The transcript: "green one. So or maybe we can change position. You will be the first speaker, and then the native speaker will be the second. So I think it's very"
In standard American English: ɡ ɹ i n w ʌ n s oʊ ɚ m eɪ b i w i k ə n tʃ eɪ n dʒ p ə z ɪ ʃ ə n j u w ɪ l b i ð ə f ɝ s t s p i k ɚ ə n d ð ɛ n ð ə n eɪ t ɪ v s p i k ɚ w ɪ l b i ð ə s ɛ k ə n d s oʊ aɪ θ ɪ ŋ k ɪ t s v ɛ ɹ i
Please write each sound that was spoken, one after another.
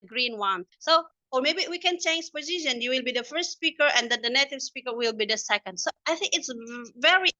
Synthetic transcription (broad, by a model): ɡ ɹ i n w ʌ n s oʊ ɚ m eɪ b i w i k ə n tʃ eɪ n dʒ p ə z ɪ ʃ ə n j u w ɪ l b i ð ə f ɝ s t s p i k ɚ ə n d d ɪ n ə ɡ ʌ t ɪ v s p i k ɚ w ɪ l b i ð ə s ɛ k ə n d s oʊ aɪ θ ɪ ŋ k ɪ t s v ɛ ɹ i